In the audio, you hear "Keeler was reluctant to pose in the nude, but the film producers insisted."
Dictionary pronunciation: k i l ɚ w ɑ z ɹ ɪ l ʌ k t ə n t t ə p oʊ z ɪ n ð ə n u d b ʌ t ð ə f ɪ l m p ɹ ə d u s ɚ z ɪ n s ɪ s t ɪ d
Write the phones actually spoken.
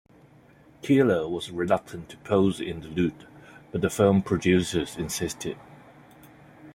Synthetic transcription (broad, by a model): k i l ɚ w ɑ z ɹ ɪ l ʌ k t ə n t t ə p oʊ z ɪ n ð ə l u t b ʌ t ð ə f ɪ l m p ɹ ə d u s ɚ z ɪ n s ɪ s t ɪ d